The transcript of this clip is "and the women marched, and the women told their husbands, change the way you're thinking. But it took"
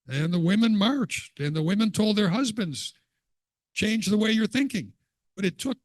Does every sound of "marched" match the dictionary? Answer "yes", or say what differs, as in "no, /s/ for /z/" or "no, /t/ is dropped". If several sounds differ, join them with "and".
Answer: yes